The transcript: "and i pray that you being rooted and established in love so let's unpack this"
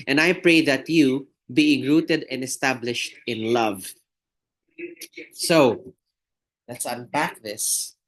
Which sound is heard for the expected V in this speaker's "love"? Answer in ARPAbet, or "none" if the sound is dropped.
V